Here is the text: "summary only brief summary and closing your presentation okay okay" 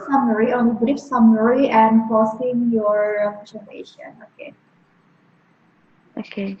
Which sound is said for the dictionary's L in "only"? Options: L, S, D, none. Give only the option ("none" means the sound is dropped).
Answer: none